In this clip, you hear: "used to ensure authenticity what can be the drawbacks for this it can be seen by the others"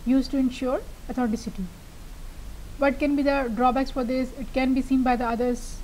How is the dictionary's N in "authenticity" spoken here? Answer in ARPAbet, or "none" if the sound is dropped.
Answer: none